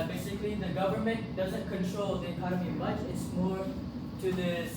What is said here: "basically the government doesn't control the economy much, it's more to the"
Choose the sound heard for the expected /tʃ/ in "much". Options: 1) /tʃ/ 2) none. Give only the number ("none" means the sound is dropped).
2